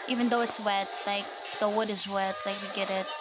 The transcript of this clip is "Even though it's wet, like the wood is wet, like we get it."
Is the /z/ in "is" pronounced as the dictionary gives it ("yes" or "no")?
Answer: yes